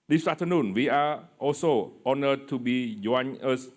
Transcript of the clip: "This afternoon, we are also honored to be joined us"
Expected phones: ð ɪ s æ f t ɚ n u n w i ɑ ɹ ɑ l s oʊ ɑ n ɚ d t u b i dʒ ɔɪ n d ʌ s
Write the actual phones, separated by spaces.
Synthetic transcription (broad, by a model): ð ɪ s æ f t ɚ n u n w i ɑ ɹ ɑ l s oʊ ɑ n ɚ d t u b i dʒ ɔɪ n ʌ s